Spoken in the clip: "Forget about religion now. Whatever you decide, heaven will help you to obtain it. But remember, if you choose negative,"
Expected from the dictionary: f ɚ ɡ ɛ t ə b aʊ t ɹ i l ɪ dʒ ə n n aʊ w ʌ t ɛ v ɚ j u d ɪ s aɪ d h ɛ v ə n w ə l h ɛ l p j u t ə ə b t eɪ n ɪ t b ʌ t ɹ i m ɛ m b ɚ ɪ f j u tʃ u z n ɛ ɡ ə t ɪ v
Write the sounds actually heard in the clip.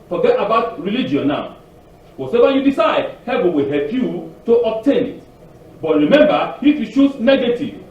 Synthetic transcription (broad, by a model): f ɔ ɡ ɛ t ə b aʊ t ɹ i l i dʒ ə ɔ n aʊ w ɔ s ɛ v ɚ j u d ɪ s aɪ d h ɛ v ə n w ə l h ɛ l p j u t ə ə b t eɪ n ɪ t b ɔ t ɹ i m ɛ m b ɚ ɪ f j u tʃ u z n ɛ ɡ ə t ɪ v